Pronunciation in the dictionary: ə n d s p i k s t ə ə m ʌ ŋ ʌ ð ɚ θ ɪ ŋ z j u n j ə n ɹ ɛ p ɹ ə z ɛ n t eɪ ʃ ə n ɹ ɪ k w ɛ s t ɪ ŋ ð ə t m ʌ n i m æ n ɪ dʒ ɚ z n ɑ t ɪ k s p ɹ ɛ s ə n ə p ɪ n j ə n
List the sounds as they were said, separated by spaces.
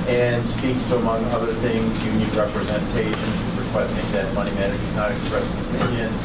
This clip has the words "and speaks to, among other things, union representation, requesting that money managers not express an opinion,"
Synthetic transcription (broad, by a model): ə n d s p i k s t ə ə m ʌ ŋ ʌ ð ɚ θ ɪ ŋ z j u n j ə ɹ ɛ p ɹ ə z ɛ n t eɪ ʃ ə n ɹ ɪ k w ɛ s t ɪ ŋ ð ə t m ʌ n i m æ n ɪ ɚ n ɑ t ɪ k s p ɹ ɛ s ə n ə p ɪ n j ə n